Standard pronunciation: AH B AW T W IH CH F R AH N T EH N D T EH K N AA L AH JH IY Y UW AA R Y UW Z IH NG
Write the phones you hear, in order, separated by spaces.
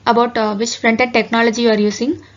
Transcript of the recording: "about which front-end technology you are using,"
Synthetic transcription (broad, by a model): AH B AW T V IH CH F R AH N T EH D T EH K N AA L AH JH IY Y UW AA R Y UW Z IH NG